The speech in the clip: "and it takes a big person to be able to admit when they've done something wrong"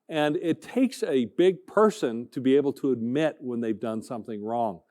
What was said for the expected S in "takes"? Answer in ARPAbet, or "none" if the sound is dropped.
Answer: S